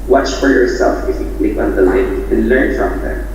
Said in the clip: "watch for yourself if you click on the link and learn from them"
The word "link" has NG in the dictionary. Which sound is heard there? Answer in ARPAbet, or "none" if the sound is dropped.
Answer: none